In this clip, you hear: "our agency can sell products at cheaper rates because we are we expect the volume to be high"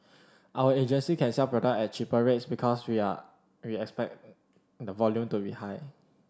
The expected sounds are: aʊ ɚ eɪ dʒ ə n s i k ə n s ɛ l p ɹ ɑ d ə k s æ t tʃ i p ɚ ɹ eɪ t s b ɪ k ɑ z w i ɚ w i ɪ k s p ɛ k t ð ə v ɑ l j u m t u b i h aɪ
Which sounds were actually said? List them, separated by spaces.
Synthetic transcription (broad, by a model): aʊ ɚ eɪ dʒ ə n s i k ə n s ɛ l p ɹ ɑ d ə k ɛ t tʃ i p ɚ ɹ eɪ t s b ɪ k ɑ s w i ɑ w i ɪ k s p ɛ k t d ə v ɑ l j u m t u b i h aɪ